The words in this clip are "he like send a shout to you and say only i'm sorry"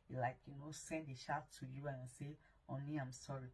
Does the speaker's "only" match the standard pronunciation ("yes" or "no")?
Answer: yes